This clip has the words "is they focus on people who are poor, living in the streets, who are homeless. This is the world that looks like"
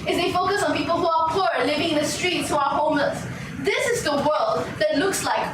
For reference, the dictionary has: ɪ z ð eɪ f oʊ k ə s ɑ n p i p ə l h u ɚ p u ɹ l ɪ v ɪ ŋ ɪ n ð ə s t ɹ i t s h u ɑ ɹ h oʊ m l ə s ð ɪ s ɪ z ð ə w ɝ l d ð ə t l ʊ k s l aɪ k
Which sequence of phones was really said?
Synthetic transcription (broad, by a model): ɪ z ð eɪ f oʊ k ə s ɑ n p i p ə l h u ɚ p u ɹ l ɪ v ɪ ŋ ɪ n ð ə s t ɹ i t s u ɑ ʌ h oʊ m ə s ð ɪ s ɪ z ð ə w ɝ l d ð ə t l ʊ k s l aɪ k